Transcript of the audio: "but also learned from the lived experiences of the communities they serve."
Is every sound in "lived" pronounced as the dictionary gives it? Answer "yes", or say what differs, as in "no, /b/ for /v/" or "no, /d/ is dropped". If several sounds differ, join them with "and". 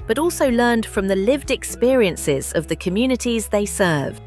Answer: yes